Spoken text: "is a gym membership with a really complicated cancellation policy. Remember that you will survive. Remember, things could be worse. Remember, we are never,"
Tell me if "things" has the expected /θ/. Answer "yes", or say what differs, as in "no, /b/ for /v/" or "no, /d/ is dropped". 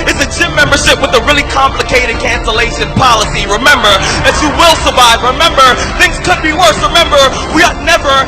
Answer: yes